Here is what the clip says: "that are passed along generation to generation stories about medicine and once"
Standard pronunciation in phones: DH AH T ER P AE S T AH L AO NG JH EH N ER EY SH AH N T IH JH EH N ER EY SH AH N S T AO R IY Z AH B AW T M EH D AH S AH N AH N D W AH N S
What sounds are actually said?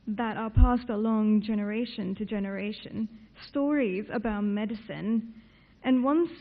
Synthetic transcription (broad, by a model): DH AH T ER P AE S T AH L AO NG JH EH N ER EY SH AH N T IH JH EH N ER EY SH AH N S T AO R IY Z AH B AW T M EH D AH S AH N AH N W AH N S